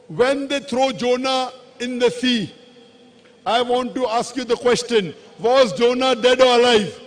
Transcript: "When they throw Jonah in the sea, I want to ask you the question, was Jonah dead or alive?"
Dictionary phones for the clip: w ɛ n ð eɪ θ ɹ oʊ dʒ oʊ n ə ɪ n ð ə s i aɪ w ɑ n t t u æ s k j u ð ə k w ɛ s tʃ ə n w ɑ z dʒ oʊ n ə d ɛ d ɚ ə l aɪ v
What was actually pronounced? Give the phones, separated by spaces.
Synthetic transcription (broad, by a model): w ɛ n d eɪ t ɹ oʊ dʒ oʊ n ə ɪ n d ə s i aɪ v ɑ n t t u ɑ s k j u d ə k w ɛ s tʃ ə n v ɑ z dʒ oʊ n ə d ɛ d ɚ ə l aɪ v